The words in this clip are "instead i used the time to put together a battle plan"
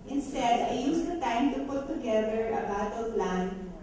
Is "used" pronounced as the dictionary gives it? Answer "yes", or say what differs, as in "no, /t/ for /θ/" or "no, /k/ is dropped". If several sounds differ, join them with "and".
no, /s/ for /z/